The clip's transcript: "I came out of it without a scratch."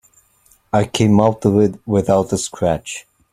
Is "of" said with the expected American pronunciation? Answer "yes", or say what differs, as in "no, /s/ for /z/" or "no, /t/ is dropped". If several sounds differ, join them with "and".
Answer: no, /w/ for /v/